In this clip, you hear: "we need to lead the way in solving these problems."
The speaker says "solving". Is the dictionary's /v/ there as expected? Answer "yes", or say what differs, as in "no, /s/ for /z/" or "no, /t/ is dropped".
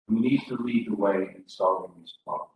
no, /v/ is dropped